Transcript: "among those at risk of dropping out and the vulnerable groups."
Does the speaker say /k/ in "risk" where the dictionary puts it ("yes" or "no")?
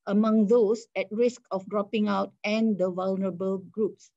yes